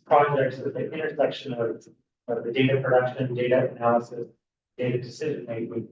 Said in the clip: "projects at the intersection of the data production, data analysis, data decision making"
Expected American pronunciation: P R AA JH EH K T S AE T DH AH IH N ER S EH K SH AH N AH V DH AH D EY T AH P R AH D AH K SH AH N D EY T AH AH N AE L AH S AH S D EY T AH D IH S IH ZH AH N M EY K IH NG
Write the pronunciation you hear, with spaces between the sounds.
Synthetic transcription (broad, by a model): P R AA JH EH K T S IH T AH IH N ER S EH K SH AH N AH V DH AH D EY T AH P R AH D AH K SH AH N D EY T AH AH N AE L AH S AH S D EY T AH D IH S IH ZH AH N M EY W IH